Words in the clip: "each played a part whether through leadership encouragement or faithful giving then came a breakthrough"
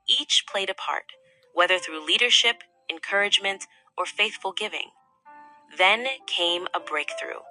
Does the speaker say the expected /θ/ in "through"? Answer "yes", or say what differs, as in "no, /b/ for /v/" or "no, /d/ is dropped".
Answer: yes